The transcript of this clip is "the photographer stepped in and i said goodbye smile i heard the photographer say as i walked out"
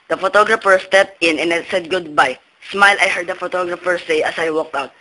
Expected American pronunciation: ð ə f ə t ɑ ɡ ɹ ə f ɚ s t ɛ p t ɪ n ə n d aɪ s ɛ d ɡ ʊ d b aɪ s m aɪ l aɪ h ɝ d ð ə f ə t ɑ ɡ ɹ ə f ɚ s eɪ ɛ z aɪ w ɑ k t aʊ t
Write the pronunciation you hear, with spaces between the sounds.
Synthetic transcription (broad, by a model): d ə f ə t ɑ ɡ ɹ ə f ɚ s t ɛ p t ɪ n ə n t s ɛ d ɡ ʊ d b aɪ s m aɪ l aɪ h ɝ d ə f ə t ɑ ɡ ɹ ə f ɚ s eɪ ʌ s aɪ w ɑ k t aʊ t